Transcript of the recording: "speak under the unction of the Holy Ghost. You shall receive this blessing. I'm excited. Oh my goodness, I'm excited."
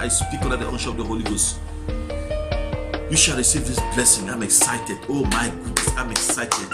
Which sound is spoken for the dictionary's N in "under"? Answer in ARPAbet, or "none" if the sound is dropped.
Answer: none